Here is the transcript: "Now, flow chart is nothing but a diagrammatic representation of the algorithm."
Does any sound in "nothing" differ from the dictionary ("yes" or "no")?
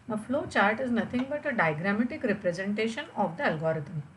yes